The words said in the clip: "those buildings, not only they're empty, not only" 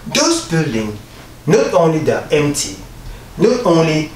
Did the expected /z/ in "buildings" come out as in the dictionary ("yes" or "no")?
no